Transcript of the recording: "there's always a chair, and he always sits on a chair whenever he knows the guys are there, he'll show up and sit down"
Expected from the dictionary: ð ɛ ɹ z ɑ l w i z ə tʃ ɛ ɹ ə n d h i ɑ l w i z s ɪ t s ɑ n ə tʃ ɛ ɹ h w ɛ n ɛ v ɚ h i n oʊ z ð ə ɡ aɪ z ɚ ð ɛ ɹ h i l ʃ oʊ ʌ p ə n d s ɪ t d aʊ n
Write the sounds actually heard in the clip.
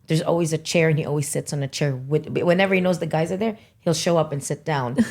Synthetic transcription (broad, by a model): ð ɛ ɹ z ɑ l w i z ə tʃ ɛ ɹ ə n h i ɑ l w i z s ɪ t s n ə tʃ ɛ ɹ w w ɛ n ɛ v ɚ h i n oʊ z ð ə ɡ aɪ z ɚ ð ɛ ɹ h i l ʃ oʊ ʌ p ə n s ɪ t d aʊ n